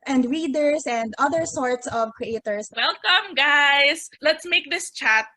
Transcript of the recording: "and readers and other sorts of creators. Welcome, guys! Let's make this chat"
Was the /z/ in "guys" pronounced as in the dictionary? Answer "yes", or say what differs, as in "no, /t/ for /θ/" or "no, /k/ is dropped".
no, /s/ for /z/